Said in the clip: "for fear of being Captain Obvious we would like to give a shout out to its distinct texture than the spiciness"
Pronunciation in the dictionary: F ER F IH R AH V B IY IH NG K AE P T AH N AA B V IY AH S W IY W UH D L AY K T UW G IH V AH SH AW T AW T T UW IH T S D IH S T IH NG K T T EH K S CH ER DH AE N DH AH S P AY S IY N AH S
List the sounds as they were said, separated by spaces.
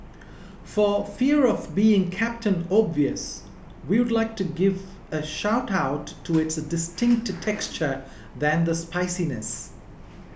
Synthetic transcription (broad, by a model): F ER F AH R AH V B IY IH NG K AE P T AH N AA B V IY AH S W IY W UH D L AY K T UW G IH V AH SH AW T AW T T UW IH T S D IH S T IH NG K T T EH K S CH ER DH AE N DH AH S P AY S IY N AH S